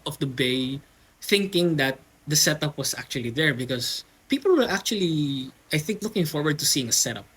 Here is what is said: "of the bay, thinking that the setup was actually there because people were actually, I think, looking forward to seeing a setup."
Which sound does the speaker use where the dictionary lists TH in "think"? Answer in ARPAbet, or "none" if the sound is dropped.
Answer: TH